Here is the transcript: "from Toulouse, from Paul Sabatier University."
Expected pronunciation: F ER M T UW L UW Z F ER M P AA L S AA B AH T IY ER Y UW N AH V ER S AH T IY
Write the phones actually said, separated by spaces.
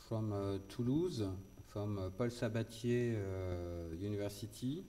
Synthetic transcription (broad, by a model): F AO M T UW L UW Z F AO M P AA L S AA B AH T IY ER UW N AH V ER S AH T IY